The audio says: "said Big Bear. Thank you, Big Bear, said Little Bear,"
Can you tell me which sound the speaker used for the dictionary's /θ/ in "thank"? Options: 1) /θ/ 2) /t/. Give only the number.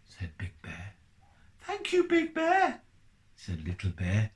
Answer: 1